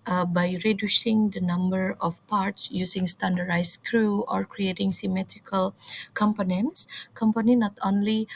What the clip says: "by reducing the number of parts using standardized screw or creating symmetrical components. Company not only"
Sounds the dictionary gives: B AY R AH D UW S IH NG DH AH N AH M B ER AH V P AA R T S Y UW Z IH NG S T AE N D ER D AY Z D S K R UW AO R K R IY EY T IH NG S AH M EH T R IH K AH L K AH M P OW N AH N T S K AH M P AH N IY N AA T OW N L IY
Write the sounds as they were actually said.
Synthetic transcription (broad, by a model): B AY R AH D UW S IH NG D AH N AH M B ER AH F P AA R T S Y UW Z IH NG S T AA N D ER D AY S K R UW AO R K R IY EY T IH NG S AH M EH T R IH K AH L K AH M P OW N AH N T S K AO M P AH N IY N AA T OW N L IY